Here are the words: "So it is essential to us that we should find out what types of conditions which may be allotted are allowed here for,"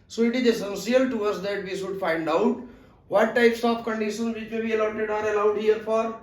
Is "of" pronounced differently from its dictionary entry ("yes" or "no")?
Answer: yes